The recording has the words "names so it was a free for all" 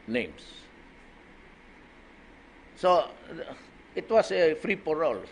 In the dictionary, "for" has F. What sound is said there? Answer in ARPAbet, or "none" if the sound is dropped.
P